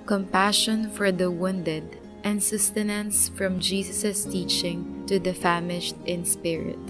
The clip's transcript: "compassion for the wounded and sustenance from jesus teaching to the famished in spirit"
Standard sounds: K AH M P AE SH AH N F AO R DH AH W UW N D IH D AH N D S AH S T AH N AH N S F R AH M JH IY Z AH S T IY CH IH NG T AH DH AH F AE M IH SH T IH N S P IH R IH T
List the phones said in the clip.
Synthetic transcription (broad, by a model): K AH M P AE SH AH N F AO R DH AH W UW N D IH D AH N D S AH S T AH N AH N S F R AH M JH IY S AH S T IY CH IH NG T AH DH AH F AE M IH SH T IH N S P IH R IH T